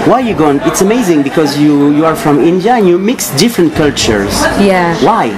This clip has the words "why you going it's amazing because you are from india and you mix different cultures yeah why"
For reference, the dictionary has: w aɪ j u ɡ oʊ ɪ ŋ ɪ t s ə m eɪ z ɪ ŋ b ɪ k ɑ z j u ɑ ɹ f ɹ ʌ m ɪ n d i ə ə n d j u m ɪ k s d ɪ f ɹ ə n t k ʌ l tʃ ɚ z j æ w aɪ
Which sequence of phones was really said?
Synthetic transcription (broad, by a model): w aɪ j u ɡ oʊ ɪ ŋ ɪ t s ə m eɪ z ɪ ŋ b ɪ k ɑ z j u ɑ ɹ f ɹ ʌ m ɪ n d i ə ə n j u m ɪ k s d ɪ f ɹ ə n t k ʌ l tʃ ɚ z j æ w aɪ